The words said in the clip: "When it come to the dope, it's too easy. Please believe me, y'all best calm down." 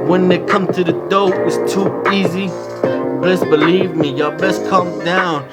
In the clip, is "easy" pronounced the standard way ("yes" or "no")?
yes